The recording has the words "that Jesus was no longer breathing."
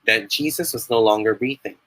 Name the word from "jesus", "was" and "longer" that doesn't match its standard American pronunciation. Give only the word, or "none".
none